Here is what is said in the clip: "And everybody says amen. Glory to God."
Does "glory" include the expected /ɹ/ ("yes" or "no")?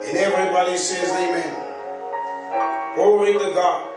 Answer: no